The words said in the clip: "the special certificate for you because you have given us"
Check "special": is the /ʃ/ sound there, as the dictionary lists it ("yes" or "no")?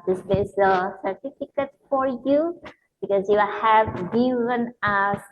no